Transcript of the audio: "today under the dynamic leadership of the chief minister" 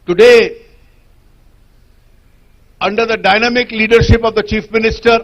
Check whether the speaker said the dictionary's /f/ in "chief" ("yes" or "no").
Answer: yes